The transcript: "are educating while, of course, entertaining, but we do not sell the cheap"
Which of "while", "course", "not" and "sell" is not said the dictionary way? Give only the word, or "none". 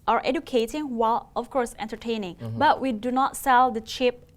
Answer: none